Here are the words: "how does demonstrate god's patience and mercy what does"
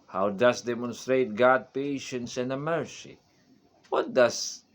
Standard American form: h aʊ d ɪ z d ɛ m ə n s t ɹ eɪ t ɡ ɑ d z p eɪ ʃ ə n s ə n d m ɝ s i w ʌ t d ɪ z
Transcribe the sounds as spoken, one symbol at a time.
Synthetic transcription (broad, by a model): h aʊ d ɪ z d ɛ m ə n s t ɹ eɪ t ɡ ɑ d p eɪ ʃ ə n s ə n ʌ m ɝ s i w ʌ t d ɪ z